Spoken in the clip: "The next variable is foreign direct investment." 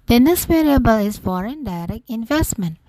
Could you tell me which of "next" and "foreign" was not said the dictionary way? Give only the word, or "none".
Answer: next